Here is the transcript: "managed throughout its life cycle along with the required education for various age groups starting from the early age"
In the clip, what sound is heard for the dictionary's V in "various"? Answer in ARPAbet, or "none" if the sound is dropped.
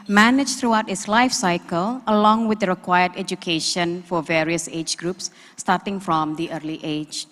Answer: V